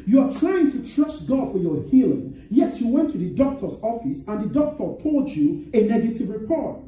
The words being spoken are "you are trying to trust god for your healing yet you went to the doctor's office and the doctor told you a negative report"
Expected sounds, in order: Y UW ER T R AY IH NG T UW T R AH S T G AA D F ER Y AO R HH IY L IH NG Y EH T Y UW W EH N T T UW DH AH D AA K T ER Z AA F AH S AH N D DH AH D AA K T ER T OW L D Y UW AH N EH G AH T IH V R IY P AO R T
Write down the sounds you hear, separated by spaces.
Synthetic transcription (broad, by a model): Y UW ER T R AY IH NG T UW T R AH S T G AA D F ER Y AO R HH IY L IH NG Y EH T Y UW W EH N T T UW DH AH D AA K T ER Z AA F AH S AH N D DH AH D AA K T ER T OW L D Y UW AH N EH G AH T IH V R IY P AO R T